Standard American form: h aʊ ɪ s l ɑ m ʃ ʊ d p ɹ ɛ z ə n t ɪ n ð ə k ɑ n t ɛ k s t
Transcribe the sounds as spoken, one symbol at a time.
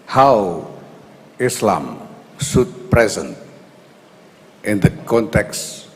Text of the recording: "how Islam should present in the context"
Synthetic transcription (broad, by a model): h aʊ ɪ s l ɑ m s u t p ɹ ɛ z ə n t ɪ n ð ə k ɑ n t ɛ k s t